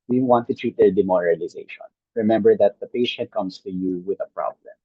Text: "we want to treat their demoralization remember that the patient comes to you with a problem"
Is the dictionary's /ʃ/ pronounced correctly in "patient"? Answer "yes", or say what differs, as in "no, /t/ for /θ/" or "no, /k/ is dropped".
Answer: yes